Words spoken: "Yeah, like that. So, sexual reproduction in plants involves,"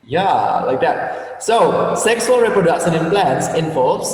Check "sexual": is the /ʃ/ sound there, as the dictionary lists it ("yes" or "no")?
no